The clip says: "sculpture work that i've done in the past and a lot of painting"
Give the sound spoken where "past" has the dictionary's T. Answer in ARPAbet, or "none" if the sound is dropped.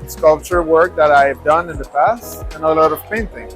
T